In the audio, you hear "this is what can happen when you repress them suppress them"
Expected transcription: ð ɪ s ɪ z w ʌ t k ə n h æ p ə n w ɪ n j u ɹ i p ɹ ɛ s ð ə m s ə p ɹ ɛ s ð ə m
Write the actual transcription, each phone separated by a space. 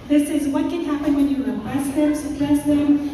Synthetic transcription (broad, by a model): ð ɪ s ɪ z w ʌ t k ə n h æ p ə n w ɪ n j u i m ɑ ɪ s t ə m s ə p l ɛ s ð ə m